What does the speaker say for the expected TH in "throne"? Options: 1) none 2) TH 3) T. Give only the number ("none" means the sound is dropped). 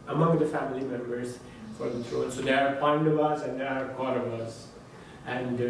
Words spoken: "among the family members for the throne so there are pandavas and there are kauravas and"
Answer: 3